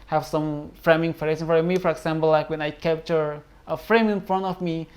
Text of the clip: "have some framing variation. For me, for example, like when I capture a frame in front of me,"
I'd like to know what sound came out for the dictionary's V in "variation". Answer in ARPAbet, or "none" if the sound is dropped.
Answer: F